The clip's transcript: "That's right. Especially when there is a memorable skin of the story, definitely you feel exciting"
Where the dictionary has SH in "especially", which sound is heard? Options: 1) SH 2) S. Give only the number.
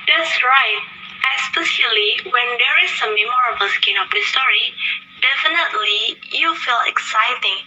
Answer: 2